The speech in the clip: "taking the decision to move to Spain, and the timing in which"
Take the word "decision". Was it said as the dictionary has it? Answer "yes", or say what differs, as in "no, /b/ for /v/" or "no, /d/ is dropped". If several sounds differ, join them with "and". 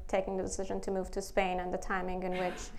yes